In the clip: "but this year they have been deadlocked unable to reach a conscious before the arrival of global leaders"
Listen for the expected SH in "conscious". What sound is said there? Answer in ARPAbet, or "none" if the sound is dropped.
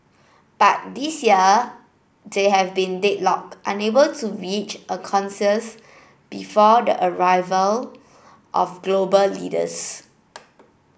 S